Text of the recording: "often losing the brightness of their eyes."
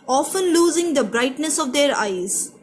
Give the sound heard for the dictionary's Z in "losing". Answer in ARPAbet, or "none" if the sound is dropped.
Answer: Z